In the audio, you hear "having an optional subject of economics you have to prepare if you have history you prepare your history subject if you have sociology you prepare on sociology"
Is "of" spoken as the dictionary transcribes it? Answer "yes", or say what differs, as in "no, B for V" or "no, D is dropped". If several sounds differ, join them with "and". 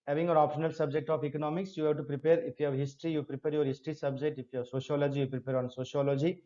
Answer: no, P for V